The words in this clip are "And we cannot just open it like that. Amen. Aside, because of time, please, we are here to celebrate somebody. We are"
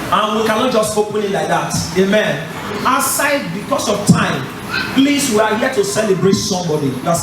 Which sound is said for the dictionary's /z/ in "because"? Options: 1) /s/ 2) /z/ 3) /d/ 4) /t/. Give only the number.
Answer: 1